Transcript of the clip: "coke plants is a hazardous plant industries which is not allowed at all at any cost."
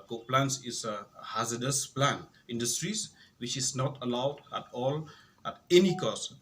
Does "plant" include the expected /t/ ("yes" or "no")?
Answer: no